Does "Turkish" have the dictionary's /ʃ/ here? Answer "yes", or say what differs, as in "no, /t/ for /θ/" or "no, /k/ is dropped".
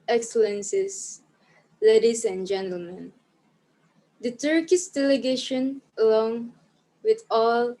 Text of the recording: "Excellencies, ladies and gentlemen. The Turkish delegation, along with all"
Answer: no, /s/ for /ʃ/